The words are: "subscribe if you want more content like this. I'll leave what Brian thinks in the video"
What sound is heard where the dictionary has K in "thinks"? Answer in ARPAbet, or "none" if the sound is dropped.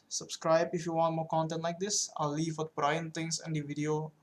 none